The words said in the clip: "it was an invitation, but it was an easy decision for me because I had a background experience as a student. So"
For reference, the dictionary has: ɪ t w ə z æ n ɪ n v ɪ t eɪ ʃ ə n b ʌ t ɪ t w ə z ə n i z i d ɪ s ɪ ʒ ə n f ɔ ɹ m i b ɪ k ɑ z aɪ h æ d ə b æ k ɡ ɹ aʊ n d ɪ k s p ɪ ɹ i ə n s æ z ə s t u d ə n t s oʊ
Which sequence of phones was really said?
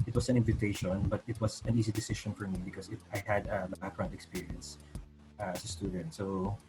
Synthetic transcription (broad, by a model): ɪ t w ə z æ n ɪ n v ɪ t eɪ ʃ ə n b ʌ t ɪ t w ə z ə n i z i d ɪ s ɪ ʃ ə n f ɔ ɹ m i b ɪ k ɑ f aɪ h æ d ə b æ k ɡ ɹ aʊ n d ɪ k s p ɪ ɹ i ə n s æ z ə s t u d ə n t s oʊ